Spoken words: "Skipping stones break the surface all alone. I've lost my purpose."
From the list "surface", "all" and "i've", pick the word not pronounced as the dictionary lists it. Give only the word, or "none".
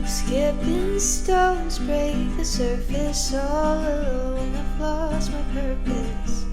i've